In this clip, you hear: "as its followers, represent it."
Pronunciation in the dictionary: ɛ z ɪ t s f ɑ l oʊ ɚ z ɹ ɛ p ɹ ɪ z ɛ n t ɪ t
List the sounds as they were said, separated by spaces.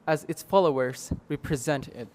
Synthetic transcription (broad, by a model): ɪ z ɪ t s f ɑ l oʊ ɚ z ɹ ɛ p ɹ ɪ z ɛ n t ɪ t